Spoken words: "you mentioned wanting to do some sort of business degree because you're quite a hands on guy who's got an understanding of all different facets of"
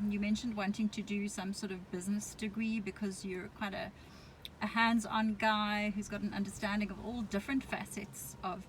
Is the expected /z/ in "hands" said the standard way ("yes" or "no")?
yes